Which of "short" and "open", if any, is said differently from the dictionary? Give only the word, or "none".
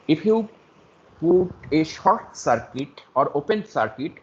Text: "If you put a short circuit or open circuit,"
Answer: none